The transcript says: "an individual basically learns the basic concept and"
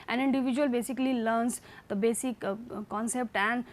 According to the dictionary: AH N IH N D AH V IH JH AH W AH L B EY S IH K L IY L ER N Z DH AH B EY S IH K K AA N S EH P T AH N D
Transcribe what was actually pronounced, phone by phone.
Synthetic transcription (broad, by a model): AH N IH N D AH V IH JH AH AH L B EY S IH K L IY L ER N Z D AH B EY S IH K K AA N S EH P T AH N D